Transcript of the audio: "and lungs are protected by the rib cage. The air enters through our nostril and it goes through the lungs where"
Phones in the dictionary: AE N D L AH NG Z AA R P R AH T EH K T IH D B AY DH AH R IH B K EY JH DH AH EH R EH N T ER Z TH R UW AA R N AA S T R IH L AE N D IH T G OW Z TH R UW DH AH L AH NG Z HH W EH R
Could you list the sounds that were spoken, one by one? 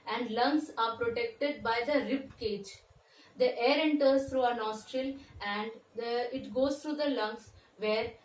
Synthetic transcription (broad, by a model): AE N D L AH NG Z AA R P R AH T EH K T IH D B AY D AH R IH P K EY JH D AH EH R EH N T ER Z T R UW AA N AA S T R IH L AE N D IH T G OW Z T R UW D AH L AH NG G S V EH R